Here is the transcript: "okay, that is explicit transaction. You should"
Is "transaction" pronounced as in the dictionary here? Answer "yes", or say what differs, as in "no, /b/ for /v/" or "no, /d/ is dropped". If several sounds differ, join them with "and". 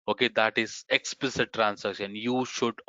no, /s/ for /z/